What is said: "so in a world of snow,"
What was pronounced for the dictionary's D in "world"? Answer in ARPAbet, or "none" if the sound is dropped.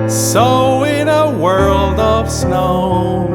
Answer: D